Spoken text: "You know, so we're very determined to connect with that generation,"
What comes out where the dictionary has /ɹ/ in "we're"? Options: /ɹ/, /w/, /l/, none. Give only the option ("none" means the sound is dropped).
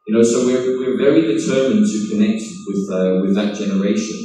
/w/